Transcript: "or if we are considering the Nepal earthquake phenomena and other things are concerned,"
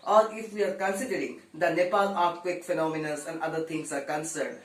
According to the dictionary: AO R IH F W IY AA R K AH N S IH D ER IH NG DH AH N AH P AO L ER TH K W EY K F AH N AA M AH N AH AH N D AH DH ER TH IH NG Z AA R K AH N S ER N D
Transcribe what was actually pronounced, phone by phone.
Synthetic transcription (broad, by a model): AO R IH F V IY AA R K AH N S IH D ER IH NG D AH N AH P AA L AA T K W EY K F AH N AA M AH N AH AH N D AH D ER T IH NG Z AA R K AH N S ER N D